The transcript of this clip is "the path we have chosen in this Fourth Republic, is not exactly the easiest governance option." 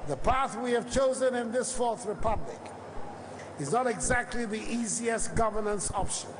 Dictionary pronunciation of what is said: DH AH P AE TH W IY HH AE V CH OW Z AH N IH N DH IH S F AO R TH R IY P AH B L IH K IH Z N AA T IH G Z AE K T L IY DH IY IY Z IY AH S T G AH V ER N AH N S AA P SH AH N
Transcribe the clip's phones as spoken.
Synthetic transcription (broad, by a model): DH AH P AE TH W IY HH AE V CH OW Z AH N IH N DH IH S F AO R TH R IY P AH B L IH K IH Z N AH T IH G Z AE K T L IY DH IY IY Z IY AH S T G AH V ER N AH N S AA P SH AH N